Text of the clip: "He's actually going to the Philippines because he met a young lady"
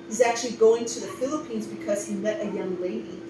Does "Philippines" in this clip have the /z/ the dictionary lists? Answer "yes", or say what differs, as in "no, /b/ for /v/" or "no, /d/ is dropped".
yes